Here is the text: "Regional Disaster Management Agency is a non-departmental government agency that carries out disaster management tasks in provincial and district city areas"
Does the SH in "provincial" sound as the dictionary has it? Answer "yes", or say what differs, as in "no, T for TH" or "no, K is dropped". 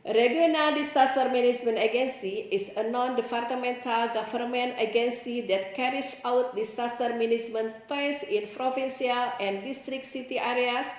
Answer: no, S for SH